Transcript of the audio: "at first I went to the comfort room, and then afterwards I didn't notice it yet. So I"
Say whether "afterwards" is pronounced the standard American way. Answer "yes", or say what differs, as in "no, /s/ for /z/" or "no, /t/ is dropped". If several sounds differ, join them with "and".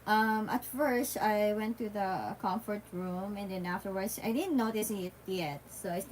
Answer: no, /s/ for /z/